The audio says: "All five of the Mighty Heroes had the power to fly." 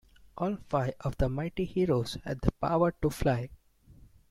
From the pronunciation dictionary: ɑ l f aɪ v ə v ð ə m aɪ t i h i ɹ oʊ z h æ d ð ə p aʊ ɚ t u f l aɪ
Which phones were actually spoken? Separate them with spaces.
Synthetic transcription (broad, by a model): ɑ l f aɪ ə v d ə m aɪ t i h i ɹ oʊ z h æ d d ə p aʊ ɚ t u f l aɪ